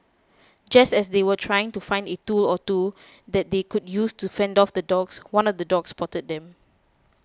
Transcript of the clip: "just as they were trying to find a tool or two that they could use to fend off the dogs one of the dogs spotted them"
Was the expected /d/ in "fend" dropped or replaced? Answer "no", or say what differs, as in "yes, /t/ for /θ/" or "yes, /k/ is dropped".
no